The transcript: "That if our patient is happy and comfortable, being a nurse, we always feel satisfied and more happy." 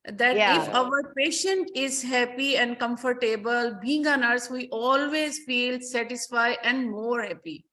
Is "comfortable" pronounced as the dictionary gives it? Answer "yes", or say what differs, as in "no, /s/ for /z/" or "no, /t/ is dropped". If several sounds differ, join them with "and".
yes